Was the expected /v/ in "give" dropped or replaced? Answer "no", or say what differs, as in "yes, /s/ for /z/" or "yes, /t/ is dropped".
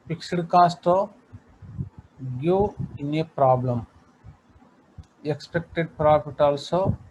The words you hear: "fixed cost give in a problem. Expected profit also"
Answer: yes, /v/ is dropped